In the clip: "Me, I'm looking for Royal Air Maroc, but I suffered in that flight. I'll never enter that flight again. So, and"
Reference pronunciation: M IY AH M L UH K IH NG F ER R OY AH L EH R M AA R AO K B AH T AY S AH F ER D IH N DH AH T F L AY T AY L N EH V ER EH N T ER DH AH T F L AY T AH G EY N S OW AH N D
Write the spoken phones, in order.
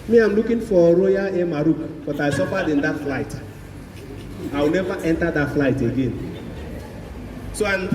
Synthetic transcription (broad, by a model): M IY AH M L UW K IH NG F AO R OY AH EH M AA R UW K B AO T AY S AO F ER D IH N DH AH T F L AY T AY W N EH V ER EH N T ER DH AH T F L AY T AH G EY N S OW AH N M